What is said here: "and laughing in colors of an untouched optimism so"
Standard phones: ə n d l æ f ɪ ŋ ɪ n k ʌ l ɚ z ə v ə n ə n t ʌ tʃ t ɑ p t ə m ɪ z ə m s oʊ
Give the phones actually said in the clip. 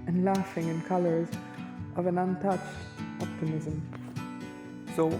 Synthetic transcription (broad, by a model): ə n l æ f ɪ ŋ ɪ n k ʌ l ɚ z ə v ə n ə n t ʌ tʃ t ɑ p t ə m ɪ z ə m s oʊ